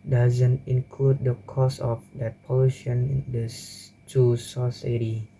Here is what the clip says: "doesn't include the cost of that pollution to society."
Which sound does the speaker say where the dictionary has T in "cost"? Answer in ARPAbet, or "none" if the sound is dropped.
none